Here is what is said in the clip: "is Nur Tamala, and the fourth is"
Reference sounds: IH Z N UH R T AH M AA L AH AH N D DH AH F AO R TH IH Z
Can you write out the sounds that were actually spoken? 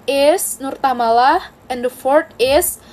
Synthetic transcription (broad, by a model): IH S N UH R T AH M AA L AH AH N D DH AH F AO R T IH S